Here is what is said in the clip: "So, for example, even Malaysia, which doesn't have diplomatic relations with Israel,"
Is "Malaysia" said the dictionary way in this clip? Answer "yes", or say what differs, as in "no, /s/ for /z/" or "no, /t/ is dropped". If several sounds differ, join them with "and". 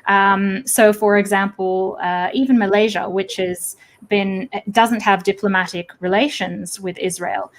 yes